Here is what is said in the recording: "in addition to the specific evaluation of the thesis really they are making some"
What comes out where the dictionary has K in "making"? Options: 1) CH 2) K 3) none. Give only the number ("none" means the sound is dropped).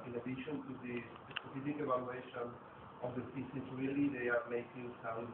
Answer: 2